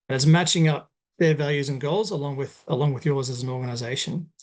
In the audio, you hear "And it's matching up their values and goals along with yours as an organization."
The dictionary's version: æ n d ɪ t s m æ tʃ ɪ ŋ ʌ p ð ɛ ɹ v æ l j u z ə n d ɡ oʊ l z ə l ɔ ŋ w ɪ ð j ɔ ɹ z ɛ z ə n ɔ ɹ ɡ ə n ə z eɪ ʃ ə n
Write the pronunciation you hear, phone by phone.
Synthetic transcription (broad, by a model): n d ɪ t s m æ tʃ ɪ ŋ ʌ p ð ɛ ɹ v æ l j u z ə n ɡ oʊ l z ə l ɔ ŋ w ɪ ð j ɔ ɹ z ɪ z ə n ɔ ɹ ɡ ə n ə z eɪ ʃ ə n